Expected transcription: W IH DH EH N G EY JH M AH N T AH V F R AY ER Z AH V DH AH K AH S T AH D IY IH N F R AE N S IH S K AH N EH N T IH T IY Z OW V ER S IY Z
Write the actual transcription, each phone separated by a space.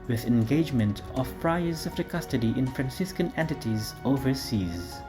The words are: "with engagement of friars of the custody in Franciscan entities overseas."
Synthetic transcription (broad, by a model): W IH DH EH N G EY JH M AH N T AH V P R AY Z AH V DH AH K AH S T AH D IY IH N F R AE N S IH S K AH N EH N T IH T IY Z OW V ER S IY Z